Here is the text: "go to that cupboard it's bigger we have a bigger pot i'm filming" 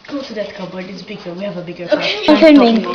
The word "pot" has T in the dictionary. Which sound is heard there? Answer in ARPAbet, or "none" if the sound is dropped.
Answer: none